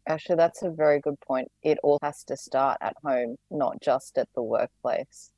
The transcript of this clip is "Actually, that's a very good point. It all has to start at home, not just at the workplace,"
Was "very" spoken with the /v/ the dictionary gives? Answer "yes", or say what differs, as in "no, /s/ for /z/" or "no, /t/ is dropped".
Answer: yes